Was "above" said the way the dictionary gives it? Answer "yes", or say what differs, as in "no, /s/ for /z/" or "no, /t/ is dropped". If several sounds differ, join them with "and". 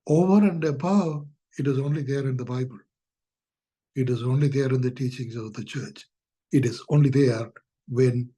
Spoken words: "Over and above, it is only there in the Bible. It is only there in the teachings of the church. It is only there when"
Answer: no, /v/ is dropped